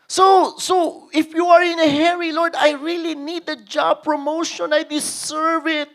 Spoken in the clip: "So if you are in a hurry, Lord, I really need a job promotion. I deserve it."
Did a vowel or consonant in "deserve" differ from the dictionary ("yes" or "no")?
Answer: yes